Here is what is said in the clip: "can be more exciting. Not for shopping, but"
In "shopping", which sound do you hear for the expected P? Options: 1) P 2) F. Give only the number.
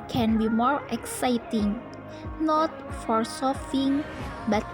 2